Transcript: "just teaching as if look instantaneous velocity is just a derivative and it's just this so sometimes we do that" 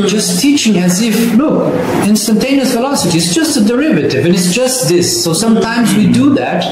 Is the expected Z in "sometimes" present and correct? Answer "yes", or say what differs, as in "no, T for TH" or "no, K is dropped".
yes